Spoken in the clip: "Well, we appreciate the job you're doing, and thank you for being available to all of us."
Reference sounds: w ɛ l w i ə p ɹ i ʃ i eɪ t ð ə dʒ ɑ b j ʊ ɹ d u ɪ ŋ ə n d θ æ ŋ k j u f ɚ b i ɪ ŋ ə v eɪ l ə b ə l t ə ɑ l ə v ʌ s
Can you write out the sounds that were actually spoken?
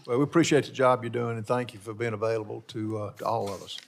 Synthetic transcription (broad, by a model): w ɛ l w i ə p ɹ i ʃ i eɪ t ð ə dʒ ɑ b j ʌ ɹ d u ɪ ŋ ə n θ æ ŋ k j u f ɚ b i ɪ ŋ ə v eɪ l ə b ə l t ə ɑ l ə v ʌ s